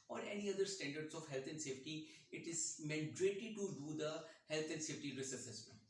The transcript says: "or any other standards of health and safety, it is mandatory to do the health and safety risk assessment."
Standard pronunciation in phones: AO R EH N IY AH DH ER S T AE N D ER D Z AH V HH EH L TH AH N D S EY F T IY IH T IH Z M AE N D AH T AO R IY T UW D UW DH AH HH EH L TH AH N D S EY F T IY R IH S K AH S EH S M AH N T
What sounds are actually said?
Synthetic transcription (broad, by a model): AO R EH N IY AH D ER S T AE N D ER D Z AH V HH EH L T AH N D S EY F T IY IH T IH Z M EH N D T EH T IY T UW D UW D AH HH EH L T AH N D S EY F T IY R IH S AH S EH S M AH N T